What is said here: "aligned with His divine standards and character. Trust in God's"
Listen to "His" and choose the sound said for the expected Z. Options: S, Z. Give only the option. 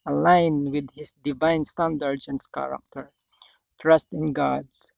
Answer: S